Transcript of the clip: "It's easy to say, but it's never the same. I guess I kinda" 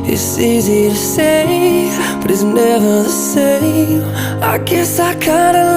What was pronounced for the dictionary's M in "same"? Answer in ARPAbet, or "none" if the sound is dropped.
none